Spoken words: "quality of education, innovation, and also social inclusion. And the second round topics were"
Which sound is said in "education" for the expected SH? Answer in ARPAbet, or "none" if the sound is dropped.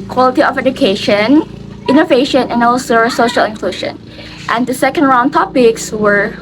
SH